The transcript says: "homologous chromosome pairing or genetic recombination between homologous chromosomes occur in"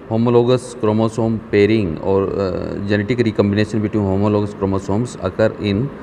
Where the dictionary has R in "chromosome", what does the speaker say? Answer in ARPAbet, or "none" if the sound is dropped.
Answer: R